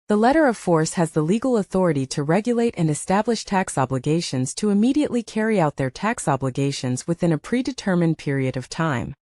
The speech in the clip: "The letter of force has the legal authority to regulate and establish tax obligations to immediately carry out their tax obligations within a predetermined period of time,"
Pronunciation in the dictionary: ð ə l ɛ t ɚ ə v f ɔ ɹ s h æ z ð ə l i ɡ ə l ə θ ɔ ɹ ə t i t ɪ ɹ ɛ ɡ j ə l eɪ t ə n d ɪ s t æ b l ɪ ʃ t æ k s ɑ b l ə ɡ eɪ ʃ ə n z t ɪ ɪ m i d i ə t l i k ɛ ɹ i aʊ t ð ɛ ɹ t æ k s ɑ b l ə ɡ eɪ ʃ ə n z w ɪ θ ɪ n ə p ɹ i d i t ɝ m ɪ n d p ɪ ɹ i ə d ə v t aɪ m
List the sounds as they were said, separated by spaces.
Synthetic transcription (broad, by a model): ð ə l ɛ t ɚ ə v f ɔ ɹ s h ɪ z ð ə l i ɡ l ə θ ɔ ɹ ə t i t ɪ ɹ ɛ ɡ j ə l eɪ t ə n ɪ s t æ b l ɪ ʃ t æ k s ɑ b l ə ɡ eɪ ʃ ə n z t ɪ ɪ m i d i ə t l i k ɛ ɹ i aʊ t ð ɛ ɹ t æ k s ɑ b l ə ɡ eɪ ʃ ə n z w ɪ θ ɪ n ə p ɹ i d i t ɝ m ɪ n p ɪ ɹ i ə d ə v t aɪ m